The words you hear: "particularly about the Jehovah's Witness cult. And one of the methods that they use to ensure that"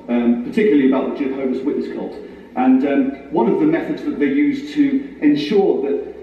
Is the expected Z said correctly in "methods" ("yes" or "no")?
yes